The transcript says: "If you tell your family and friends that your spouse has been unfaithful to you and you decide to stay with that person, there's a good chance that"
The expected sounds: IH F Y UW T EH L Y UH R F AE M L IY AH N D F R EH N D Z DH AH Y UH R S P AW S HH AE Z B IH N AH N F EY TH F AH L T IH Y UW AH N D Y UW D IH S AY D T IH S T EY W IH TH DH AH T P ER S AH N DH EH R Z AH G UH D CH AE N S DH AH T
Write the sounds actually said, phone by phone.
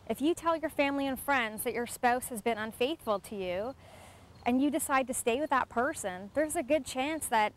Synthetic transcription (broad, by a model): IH F Y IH T EH L Y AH R F AE M L IY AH N F R EH N D Z DH AH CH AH R S P AW S HH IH Z B IH N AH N F EY TH F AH L T IH Y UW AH N Y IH D IH S AY D T IH S T EY W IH DH AH T P ER S AH N DH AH R Z AH G UH D CH AE N S DH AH T